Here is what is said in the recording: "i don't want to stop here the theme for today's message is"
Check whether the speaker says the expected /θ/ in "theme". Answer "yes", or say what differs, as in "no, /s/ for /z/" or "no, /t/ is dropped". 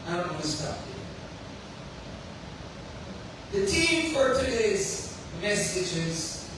no, /t/ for /θ/